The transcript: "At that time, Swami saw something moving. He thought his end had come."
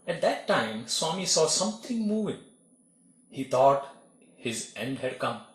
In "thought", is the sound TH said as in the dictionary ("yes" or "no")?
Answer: no